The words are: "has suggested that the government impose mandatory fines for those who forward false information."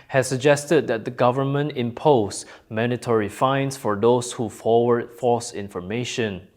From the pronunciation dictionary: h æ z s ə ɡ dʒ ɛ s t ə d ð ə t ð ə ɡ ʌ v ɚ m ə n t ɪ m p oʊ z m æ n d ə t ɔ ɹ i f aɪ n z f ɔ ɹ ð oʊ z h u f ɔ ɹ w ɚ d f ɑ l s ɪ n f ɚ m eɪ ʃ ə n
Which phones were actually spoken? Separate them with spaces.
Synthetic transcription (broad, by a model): h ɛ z s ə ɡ dʒ ɛ s t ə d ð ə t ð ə ɡ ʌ v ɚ m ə n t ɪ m p oʊ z m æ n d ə t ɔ ɹ i f aɪ n s f ɔ ɹ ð oʊ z h u f ɔ w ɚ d f ɑ s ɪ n f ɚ m eɪ ʃ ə n